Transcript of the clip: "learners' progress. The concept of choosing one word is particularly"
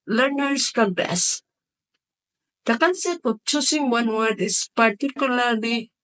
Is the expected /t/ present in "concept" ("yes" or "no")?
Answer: no